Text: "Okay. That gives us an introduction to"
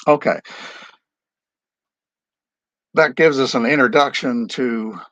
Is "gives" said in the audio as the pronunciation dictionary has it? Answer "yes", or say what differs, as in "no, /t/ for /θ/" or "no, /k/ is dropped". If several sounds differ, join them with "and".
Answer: yes